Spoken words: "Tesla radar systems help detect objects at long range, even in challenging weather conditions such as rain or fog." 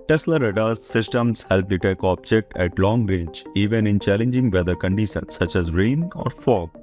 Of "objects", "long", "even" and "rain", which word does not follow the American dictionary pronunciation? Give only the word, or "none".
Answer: objects